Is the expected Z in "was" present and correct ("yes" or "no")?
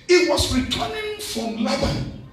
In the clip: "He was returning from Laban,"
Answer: no